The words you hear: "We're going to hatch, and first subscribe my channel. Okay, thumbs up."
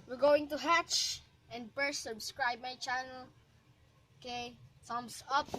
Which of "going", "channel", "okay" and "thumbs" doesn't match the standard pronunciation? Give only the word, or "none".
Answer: thumbs